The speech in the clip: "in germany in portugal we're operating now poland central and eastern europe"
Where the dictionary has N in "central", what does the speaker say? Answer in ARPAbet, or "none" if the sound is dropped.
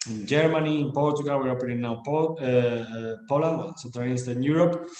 none